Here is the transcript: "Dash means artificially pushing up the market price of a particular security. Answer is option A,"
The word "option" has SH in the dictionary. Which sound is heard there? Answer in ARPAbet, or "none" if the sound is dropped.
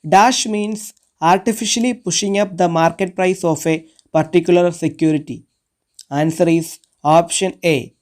SH